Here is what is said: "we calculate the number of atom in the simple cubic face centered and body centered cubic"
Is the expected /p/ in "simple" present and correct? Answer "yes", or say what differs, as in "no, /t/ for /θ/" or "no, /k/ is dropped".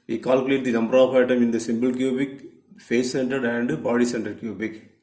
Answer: no, /b/ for /p/